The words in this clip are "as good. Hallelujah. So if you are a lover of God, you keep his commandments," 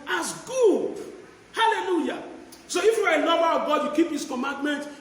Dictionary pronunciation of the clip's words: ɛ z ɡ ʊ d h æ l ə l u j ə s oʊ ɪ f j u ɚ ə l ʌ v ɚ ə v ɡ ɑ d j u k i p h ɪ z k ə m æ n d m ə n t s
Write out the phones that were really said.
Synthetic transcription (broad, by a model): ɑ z ɡ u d h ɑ l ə l u j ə s oʊ ɪ f j u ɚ ə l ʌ b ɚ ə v ɡ ɑ d j u k i p h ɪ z k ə m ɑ n d m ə n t